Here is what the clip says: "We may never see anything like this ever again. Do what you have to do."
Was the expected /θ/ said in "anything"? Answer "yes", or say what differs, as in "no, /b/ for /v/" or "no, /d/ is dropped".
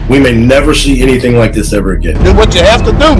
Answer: yes